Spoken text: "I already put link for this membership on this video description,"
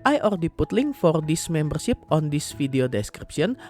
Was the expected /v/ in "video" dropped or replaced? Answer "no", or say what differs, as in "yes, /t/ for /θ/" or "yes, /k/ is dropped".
yes, /f/ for /v/